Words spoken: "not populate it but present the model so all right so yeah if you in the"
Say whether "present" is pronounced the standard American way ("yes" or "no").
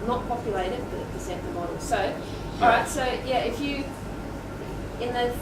no